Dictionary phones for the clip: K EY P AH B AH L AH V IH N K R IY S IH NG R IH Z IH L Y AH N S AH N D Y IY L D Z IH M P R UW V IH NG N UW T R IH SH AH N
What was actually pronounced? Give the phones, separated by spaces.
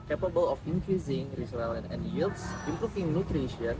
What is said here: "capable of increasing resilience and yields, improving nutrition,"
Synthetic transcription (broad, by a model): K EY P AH B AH L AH F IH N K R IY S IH NG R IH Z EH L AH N AH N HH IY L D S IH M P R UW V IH NG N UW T R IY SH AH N